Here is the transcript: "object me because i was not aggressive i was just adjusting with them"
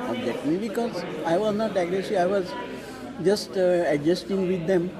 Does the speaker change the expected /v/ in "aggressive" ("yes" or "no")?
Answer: yes